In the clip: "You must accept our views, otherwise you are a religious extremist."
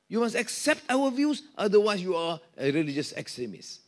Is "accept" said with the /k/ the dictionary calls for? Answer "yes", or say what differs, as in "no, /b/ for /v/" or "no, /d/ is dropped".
yes